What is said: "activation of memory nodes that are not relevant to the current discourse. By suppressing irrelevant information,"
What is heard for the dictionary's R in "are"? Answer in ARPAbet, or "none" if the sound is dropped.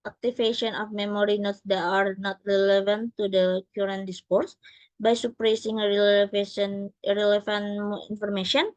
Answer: R